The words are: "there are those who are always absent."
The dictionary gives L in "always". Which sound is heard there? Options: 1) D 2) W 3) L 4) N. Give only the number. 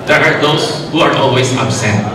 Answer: 3